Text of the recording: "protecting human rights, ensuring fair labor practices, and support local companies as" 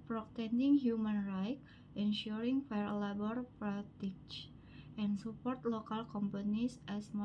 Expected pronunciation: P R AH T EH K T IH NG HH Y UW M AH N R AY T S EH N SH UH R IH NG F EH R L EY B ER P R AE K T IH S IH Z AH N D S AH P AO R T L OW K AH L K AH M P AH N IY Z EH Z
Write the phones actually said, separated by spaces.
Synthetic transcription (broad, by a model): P R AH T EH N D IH NG HH Y UW M AH N R AY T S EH N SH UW R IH NG F EH R L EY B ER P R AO T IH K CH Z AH N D S AH P AO R T L OW K AH L K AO M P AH N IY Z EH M